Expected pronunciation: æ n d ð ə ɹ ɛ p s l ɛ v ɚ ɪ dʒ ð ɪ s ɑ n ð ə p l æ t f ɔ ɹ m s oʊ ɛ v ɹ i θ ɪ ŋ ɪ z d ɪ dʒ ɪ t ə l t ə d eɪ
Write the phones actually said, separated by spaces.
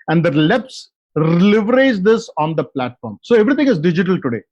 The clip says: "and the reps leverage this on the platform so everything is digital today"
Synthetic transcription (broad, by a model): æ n d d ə l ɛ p s l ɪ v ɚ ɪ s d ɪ s ɑ n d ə p l æ t f ɔ ɹ m s oʊ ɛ v ɹ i t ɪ ŋ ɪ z d ɪ dʒ ɪ t ə l t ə d eɪ